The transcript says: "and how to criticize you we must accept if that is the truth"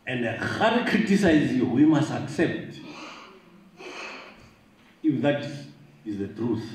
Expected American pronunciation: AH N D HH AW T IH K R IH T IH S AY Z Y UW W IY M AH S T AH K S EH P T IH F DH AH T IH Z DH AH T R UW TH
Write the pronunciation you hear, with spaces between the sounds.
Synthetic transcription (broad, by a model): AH N D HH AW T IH K R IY T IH S AY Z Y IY W IY M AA S T AH K S EH P T IH F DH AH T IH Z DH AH T R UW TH